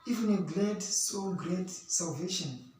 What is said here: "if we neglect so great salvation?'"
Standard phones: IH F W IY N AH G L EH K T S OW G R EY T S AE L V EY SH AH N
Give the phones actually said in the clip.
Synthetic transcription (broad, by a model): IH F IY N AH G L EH T S OW G R EY T S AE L V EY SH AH N